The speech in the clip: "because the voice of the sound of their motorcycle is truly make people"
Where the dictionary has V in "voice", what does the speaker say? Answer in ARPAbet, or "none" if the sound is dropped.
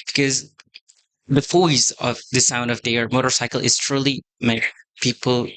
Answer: F